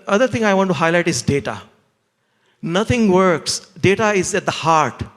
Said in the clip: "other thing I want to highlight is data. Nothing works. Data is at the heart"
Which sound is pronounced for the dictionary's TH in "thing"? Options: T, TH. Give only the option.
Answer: T